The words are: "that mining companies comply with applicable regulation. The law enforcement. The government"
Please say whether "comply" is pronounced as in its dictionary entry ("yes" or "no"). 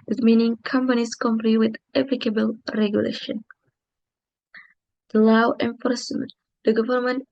no